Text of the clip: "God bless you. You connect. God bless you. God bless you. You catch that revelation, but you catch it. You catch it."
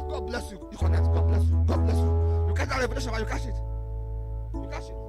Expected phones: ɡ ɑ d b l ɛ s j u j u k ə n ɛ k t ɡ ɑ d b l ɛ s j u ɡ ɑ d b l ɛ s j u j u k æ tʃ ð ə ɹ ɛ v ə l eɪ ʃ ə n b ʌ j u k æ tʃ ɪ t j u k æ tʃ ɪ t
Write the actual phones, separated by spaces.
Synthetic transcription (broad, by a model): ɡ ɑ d b l ɛ s j u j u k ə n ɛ t ɡ ɑ d b l ɛ s j u ɡ ɑ d b l ɛ s j u j u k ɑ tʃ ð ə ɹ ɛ p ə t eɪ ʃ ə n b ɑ j u k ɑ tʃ ɪ t j u k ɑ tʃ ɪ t